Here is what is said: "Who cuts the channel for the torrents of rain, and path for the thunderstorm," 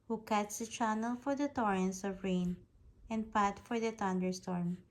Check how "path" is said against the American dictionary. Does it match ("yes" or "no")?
no